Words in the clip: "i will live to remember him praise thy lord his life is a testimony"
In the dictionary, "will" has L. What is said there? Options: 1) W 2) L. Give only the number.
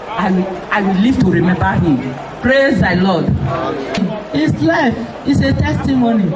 1